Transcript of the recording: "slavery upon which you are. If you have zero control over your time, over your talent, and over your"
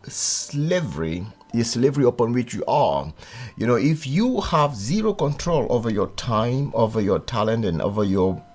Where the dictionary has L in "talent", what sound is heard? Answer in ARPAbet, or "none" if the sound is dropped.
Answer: L